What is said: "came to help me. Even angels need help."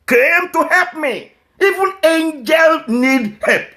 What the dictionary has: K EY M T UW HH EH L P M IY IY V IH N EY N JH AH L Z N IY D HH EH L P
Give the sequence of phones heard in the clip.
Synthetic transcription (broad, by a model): K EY M T UW HH EH L P M IY IY V IH N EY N JH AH L N IY D HH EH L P